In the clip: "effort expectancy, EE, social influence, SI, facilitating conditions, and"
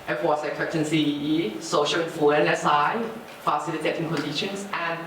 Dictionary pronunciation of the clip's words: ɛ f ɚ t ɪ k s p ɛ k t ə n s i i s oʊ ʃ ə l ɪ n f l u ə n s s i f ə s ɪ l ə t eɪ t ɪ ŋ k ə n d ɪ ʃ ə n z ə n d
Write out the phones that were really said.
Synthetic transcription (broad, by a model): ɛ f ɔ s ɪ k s ɛ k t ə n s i i s oʊ ʃ ə l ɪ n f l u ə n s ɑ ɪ f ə s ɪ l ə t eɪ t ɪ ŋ k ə n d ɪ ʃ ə n s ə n